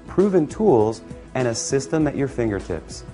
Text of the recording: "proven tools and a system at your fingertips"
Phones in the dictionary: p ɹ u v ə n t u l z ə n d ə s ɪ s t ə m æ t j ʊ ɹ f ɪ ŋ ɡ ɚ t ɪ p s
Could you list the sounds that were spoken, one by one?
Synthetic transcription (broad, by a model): p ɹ u v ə n t u l z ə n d ə s ɪ s t ə m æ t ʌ ɹ f ɪ ŋ ɡ ɚ t ɪ p s